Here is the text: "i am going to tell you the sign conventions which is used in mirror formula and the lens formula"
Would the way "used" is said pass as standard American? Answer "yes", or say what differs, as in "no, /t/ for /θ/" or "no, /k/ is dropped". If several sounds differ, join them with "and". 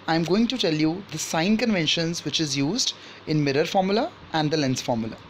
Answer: yes